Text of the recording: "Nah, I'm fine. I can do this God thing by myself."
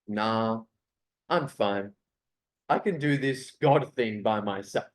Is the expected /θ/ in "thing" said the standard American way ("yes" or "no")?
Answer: yes